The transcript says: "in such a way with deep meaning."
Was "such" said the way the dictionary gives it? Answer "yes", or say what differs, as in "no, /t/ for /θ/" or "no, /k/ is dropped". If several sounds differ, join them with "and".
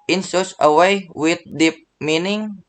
no, /s/ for /tʃ/